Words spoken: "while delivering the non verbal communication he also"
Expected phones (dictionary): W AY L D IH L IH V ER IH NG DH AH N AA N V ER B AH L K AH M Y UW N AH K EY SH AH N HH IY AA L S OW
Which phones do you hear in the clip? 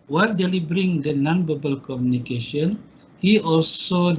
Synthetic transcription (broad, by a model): W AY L D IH L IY B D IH NG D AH N AA N B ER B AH L K AH M Y UW N AH K EY SH AH N HH IY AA L S OW